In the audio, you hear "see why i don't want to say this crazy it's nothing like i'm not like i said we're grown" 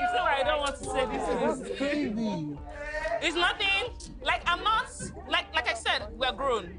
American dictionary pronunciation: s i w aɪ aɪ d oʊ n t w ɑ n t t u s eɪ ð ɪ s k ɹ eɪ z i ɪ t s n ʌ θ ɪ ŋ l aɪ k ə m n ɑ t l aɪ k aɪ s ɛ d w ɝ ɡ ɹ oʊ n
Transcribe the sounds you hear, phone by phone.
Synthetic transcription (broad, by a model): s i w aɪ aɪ d oʊ n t w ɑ n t t u s eɪ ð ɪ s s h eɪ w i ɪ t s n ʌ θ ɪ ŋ l aɪ k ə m l ɑ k l aɪ k aɪ s ɛ d w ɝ ɡ ɹ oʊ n